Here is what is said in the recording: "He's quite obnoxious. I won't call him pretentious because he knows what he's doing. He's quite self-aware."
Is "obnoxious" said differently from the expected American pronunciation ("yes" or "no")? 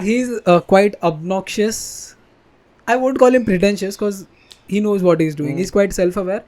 no